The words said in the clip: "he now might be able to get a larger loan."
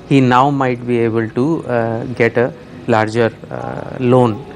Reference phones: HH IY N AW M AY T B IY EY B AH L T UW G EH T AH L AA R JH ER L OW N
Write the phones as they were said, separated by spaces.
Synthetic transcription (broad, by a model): HH IY N AW M AY T B IY EY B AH L T UW G EH T AH L AA R JH ER L OW N